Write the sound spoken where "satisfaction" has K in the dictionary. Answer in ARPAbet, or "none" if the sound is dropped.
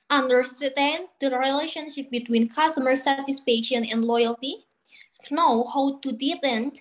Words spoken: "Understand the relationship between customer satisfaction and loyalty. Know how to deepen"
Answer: none